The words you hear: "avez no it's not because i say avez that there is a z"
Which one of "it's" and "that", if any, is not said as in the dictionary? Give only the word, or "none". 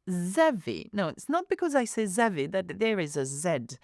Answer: none